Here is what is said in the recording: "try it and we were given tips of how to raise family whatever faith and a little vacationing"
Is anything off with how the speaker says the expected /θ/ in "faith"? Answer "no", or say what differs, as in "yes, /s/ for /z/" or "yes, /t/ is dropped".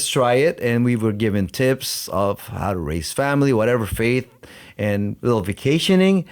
no